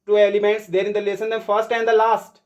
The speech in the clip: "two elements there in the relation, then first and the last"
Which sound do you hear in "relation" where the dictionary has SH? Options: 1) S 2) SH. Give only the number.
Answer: 1